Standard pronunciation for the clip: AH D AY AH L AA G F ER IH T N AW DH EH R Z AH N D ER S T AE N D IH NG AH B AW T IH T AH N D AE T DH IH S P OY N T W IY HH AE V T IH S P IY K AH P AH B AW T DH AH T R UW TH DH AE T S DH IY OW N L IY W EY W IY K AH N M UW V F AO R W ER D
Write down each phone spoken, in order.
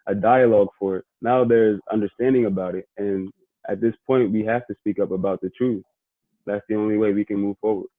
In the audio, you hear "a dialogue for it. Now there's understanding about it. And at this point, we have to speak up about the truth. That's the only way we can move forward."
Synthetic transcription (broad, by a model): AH D AY AH L AA G F ER IH T N AW DH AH R Z AH N D ER S T AE N D IH NG AH B AW T IH T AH N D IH T DH IH S P OY N T W IY HH AE F T IH S P IY K AH P AH B AW T DH AH T R UW TH DH AE T S DH IY OW N L IY W EY W IY K AH N M UW V F AO R W ER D